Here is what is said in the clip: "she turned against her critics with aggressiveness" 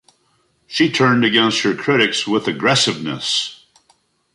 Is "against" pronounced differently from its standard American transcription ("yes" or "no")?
no